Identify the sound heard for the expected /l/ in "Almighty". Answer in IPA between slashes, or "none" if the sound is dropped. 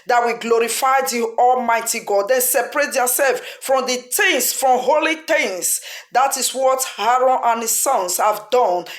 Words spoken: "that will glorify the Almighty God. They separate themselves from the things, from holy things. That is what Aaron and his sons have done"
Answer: /l/